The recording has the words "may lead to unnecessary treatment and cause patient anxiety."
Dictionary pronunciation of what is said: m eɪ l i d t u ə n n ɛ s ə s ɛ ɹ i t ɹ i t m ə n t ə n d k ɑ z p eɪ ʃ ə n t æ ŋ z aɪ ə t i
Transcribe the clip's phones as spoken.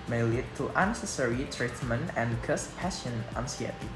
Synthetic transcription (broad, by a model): m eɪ l i d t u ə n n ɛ s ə s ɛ ɹ i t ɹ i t m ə n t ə n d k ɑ s p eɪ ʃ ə n æ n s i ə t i